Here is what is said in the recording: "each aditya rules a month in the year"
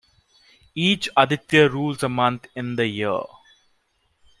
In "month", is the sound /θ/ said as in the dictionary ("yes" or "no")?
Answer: no